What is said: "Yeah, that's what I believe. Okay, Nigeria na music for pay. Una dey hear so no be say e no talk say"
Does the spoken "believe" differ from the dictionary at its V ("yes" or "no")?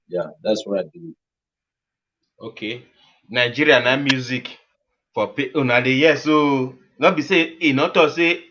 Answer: yes